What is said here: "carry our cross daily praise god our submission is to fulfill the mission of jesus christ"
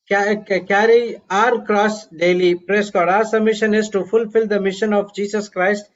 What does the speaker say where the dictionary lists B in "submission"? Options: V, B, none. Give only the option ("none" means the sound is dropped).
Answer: none